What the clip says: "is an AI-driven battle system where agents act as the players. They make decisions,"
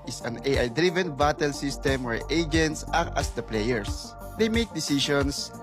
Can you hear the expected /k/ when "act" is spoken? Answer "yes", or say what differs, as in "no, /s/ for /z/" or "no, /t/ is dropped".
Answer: no, /k/ is dropped